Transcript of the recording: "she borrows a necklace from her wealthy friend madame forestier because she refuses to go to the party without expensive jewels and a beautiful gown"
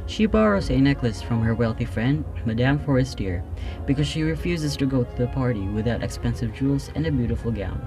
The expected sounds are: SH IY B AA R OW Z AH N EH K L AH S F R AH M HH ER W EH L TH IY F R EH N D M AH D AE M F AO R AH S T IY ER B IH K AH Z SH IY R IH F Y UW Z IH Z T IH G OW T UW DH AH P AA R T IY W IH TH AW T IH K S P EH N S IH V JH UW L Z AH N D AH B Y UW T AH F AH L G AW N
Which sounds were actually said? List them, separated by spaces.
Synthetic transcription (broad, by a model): SH IY B AA R OW Z AH N EH K L AH S F R AH M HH ER W EH L TH IY F R EH N D M AH D AE M F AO R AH S T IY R B IH K AH Z SH IY R IH F Y UW Z IH Z T IH G OW T UW DH AH P AA R T IY W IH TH AW T IH K S P EH N S IH V JH UW L Z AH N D AH B Y UW T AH F L G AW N